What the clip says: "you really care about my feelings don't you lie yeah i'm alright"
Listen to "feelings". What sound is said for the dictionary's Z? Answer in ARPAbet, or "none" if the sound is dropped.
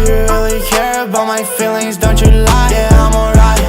Z